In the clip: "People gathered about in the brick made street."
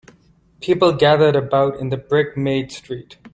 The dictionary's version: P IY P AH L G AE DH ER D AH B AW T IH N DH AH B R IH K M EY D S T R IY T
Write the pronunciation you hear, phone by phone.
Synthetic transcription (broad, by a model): P IY P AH L G AE DH ER D AH B AW T IH N DH AH B R IH K M EY D S T R IY T